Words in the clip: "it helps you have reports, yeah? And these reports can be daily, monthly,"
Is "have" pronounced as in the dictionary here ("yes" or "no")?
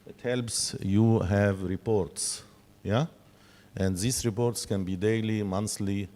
yes